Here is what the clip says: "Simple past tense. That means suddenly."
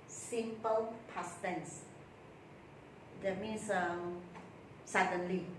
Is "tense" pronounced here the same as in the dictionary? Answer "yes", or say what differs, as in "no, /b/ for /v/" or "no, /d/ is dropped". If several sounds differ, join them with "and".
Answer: yes